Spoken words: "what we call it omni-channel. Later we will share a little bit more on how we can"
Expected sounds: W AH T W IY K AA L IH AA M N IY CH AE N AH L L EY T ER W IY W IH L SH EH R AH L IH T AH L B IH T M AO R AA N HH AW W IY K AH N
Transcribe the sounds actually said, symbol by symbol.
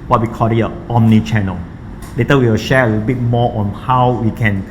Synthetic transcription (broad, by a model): W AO T W IY K AA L IH AA M N IY CH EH N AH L L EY T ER W IY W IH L SH EH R AH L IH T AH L B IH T M AO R AA N HH AW W IY K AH N